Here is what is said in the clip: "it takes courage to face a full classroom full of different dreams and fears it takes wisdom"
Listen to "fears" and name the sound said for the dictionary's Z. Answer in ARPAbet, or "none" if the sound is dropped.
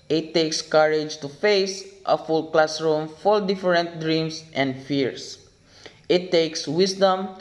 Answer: S